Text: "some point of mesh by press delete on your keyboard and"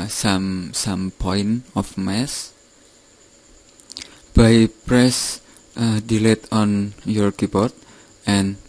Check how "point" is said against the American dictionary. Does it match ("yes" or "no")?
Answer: no